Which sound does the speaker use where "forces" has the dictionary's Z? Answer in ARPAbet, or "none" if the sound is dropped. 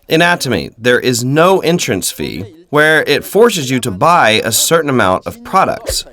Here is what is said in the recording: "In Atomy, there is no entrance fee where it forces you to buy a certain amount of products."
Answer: Z